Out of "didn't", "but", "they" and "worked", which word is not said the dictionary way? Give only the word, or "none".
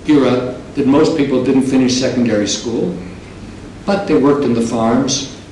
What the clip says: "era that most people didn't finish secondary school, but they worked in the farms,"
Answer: none